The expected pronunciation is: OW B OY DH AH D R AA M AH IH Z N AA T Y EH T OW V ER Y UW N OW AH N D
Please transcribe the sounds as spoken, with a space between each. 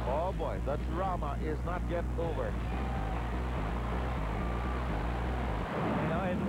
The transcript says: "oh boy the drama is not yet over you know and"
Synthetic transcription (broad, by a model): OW B OY DH AH D R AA M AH IH Z N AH T Y EH T OW V ER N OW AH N